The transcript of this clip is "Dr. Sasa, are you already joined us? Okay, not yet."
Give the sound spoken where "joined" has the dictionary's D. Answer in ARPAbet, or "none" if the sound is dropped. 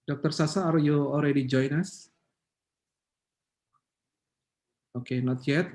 none